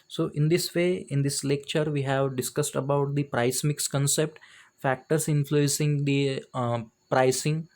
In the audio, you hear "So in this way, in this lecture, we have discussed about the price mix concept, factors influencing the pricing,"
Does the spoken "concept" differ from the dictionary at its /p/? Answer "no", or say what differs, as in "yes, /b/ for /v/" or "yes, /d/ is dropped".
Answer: no